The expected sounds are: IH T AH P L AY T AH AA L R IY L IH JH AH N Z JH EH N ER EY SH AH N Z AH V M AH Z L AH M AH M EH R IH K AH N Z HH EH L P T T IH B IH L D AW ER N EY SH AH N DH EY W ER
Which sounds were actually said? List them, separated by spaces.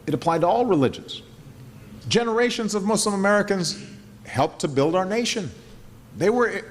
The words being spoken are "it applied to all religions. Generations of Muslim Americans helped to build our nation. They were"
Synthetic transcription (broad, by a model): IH T AH P L AY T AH AA L R IY L IH JH AH N Z JH EH N ER EY SH AH N Z AH V M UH S L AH M AH M EH R IH K AH N Z HH EH L P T T IH B IH L D AW ER N EY SH AH N DH EY W ER